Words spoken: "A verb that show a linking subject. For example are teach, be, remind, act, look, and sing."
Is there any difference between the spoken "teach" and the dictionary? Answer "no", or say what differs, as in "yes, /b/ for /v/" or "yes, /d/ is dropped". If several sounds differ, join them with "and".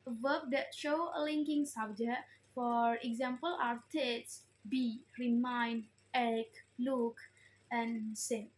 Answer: yes, /s/ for /tʃ/